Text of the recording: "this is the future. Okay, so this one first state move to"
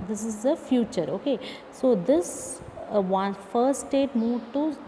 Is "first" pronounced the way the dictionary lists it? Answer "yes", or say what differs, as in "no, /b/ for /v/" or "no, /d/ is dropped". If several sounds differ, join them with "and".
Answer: no, /s/ is dropped